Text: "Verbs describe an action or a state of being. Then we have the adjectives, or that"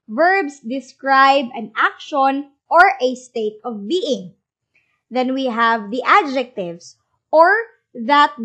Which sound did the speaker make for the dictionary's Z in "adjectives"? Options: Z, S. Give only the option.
S